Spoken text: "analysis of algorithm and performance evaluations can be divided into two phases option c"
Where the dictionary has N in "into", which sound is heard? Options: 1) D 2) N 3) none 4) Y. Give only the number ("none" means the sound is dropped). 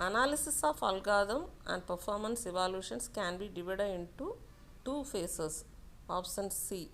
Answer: 2